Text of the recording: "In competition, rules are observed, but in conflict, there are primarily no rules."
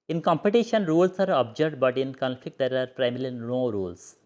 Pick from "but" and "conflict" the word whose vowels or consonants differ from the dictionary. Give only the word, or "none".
none